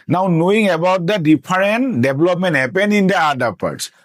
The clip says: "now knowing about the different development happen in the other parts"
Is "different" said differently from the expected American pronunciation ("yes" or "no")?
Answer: yes